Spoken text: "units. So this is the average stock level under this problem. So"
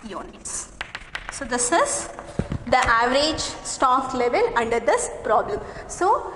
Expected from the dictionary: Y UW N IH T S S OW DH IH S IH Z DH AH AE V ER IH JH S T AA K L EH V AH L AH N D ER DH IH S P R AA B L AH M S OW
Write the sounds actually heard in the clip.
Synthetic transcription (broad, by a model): Y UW N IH T S S OW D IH S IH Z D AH AE V ER IH JH S T AA K L EH V AH L AH N D ER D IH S P R AA B L AH M S OW